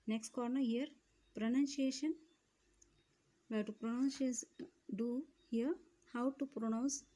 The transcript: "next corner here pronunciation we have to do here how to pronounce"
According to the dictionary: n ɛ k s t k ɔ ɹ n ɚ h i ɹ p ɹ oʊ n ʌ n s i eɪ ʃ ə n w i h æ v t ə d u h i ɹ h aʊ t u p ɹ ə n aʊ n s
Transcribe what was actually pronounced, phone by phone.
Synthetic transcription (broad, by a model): n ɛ k s t k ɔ ɹ n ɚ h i ɹ p ɹ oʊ n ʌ n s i eɪ ʃ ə n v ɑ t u p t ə d u h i ɹ h aʊ t u p ɹ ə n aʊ n s